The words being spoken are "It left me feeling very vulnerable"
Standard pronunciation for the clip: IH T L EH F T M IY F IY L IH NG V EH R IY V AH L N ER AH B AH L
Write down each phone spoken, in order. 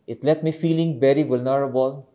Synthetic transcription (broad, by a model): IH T L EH T M IY F IY L IH NG B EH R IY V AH L N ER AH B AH L